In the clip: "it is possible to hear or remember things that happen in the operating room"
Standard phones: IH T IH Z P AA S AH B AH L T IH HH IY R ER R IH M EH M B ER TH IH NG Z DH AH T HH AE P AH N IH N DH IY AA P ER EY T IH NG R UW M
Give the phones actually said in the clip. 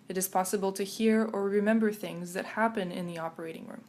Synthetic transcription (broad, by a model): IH T IH Z P AA S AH B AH L T IH HH IY R ER R IH M EH M B ER TH IH NG Z DH AH T HH AE P AH N IH N DH IY AA P ER EY T IH NG R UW M